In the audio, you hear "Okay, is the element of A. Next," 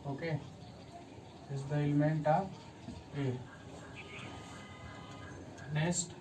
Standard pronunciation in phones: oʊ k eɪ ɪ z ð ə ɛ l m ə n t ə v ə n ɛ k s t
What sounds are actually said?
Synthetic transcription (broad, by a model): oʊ k eɪ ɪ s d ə ɛ l m ə n t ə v ə n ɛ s t